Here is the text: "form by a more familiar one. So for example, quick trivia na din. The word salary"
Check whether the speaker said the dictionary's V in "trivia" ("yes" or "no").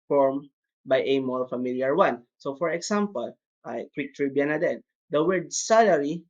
no